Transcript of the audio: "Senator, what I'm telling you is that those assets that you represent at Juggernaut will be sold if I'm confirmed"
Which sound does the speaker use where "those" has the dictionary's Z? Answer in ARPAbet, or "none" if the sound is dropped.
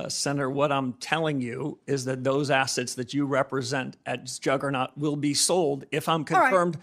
Z